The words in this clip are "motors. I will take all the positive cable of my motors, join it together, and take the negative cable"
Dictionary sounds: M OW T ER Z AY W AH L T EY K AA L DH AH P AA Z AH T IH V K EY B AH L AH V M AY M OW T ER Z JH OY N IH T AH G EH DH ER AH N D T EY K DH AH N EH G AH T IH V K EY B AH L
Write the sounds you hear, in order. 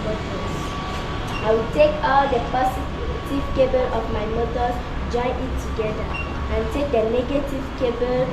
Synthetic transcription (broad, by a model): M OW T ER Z AY W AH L T EY K AA L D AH P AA S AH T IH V K EY B AH L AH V M AY M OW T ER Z JH OY N IH T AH G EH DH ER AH N T EY K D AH N EH G AH T IH V K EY B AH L